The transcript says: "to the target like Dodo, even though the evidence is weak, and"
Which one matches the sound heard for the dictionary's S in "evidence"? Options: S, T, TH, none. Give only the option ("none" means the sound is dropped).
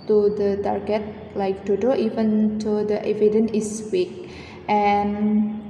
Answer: none